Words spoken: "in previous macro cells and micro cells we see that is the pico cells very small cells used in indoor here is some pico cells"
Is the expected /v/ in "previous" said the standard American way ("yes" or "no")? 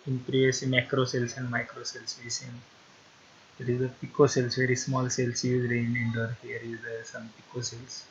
no